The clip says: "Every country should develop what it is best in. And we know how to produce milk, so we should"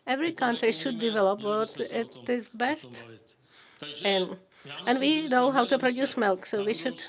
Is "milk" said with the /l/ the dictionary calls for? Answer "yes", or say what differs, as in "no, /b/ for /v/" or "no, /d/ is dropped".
yes